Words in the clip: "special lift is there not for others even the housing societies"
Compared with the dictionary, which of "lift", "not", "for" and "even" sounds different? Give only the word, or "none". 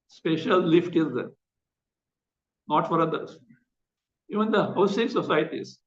none